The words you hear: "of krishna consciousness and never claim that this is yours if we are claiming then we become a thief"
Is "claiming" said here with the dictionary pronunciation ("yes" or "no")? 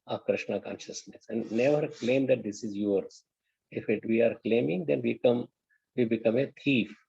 yes